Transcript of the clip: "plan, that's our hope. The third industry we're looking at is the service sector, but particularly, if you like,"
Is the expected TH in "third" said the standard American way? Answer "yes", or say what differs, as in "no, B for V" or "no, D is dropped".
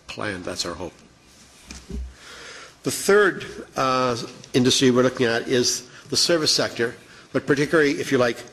yes